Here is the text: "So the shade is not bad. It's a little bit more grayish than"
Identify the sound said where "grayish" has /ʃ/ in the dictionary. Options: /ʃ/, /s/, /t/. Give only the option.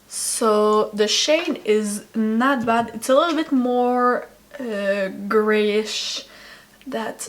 /ʃ/